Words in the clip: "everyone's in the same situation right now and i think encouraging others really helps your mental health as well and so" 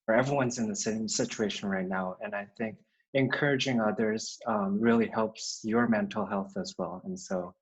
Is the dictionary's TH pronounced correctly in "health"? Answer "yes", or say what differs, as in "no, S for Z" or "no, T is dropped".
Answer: yes